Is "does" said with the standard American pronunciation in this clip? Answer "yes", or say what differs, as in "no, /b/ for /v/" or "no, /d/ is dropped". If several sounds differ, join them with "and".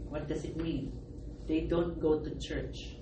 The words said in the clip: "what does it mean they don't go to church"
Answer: no, /s/ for /z/